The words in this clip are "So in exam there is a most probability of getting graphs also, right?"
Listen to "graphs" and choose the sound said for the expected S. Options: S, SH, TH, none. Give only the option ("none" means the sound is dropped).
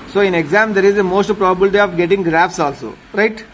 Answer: S